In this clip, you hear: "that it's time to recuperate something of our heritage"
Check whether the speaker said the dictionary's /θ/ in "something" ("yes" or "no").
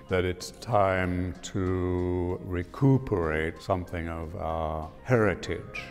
yes